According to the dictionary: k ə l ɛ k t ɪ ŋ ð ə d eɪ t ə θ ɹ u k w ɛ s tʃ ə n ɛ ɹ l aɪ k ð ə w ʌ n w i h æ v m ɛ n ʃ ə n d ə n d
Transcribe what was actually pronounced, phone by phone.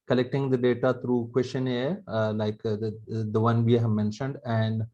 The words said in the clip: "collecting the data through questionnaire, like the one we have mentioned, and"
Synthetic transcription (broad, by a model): k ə l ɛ k t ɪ ŋ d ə d eɪ t ə t ɹ u k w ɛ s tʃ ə n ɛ l aɪ k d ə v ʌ n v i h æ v m ɛ n ʃ ə n d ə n d